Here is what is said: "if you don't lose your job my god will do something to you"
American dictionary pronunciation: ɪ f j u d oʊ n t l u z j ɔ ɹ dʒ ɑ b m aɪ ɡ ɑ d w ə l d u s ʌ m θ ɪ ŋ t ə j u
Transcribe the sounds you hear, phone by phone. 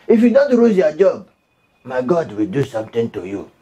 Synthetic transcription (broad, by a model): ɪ f j u d oʊ n t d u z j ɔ dʒ ɑ b m aɪ ɡ ɑ d w ə l d u s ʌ m t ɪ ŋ t ə j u